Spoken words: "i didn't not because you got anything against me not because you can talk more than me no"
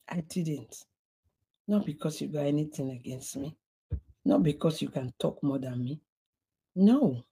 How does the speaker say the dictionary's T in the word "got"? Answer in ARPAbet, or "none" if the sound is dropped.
none